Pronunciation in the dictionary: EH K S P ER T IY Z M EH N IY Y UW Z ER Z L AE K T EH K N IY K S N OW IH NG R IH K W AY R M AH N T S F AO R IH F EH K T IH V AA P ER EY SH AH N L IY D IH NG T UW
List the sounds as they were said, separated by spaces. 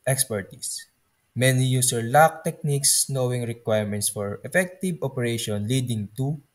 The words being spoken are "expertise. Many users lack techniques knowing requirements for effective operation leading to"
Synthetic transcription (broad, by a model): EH K S P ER T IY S M EH N IY Y UW S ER L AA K T EH K N IY K S N OW IH NG R IH K W AY R M AH N T S F AO R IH F EH K T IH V AA P ER EY SH AH N L IY D IH NG T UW